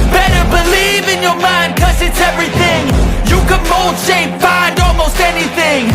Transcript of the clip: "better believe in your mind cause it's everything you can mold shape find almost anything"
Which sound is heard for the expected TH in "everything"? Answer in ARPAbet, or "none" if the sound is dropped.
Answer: TH